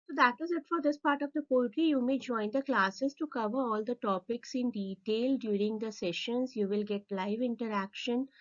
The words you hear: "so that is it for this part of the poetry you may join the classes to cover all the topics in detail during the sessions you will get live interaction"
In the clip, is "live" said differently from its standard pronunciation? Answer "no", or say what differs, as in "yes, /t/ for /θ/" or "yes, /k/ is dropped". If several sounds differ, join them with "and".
no